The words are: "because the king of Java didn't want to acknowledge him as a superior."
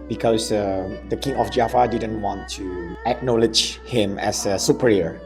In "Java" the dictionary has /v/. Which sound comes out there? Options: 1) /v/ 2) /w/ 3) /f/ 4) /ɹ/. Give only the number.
3